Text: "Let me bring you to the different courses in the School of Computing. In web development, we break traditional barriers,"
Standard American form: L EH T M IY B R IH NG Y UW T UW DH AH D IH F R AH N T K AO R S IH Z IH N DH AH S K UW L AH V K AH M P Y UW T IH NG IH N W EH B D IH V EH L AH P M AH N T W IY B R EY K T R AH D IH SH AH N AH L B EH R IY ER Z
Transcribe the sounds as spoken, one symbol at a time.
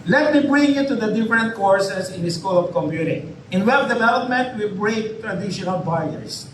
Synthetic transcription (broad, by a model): L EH T M IY B R IH NG Y UW T UW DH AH D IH F R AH N T K AO R S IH S IH N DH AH S K UW L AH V K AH M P Y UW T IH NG IH N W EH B D IH V EH L AH P M AH N T W IY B R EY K T R AH D IH SH AH N AH L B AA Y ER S